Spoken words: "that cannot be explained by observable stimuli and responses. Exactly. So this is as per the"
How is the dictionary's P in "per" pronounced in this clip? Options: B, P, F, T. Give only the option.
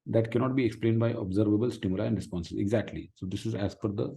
F